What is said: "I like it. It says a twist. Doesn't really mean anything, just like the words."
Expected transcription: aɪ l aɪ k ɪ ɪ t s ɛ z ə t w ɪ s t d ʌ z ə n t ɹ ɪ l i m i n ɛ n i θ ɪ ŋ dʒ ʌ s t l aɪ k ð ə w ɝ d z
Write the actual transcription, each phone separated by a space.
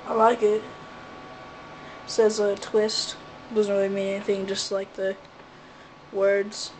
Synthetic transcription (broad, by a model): aɪ l aɪ k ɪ ɪ t s ɛ z ə t w ɪ s t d ʌ z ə n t ɹ ɪ l i m i n ɛ n i θ ɪ ŋ dʒ ʌ s t l aɪ k ð ə w ɝ d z